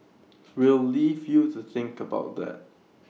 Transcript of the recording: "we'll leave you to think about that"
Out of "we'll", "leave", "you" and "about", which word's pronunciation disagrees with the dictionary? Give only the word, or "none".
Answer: none